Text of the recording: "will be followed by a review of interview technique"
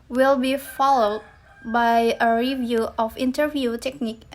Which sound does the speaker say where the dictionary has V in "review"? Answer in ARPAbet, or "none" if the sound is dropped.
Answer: V